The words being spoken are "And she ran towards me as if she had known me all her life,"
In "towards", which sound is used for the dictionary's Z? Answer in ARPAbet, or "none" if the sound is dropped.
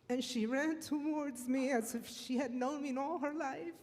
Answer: Z